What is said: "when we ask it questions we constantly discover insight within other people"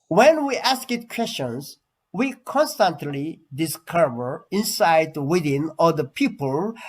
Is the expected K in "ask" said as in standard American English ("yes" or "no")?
yes